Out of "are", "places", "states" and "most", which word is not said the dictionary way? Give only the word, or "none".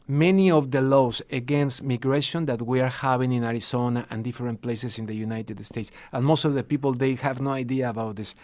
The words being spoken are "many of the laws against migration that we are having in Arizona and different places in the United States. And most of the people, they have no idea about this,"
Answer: places